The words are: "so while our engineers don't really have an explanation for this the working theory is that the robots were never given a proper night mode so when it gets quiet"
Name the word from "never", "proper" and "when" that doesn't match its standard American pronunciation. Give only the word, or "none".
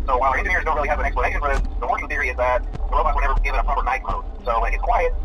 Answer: when